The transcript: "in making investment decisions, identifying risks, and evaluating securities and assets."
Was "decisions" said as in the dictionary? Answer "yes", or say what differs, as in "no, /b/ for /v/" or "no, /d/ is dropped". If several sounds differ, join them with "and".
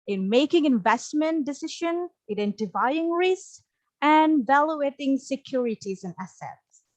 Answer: no, /z/ is dropped